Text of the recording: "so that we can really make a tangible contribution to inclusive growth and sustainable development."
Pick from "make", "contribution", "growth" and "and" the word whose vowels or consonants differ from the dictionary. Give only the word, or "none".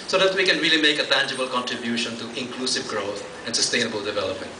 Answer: growth